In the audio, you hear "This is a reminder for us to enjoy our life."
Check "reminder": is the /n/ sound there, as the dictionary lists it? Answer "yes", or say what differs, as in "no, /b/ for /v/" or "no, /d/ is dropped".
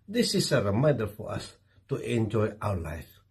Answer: no, /n/ is dropped